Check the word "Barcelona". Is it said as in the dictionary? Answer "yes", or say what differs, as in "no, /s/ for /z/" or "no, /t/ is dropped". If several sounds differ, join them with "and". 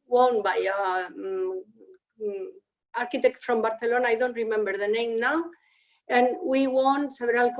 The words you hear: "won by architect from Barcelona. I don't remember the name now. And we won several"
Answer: no, /θ/ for /s/